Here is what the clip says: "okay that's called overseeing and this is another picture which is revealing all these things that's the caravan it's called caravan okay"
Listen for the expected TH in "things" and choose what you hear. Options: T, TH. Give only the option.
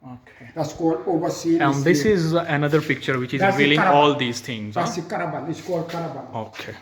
T